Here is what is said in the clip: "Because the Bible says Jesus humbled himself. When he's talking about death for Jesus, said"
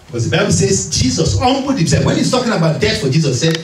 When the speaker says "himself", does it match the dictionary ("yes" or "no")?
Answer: no